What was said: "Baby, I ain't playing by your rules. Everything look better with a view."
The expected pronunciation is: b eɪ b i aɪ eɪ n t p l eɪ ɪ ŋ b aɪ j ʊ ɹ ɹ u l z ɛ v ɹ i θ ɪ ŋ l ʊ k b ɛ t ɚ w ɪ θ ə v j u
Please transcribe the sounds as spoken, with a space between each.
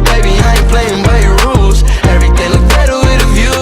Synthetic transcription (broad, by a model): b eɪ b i aɪ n p l eɪ ɪ ŋ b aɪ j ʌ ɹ ɹ u l z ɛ v ɹ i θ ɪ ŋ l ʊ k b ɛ t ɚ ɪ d ə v j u